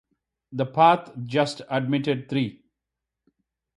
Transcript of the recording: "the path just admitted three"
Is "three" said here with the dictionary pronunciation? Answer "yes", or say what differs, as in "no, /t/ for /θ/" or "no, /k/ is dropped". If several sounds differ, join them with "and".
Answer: no, /t/ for /θ/